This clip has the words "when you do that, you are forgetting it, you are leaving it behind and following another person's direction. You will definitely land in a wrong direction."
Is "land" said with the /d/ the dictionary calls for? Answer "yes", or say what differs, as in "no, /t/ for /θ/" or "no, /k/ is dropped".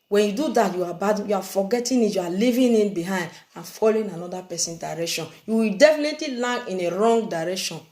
no, /d/ is dropped